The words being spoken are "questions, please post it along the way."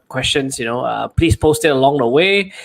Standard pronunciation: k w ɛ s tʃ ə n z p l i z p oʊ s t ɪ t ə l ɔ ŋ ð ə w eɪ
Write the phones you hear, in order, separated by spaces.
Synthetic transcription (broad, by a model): k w ɛ s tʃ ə n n p l i s p oʊ s t ɪ t ə l ɔ ŋ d ə w eɪ